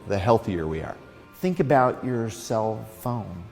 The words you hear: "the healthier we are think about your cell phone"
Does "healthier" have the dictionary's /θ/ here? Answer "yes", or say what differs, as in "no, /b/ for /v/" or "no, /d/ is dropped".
yes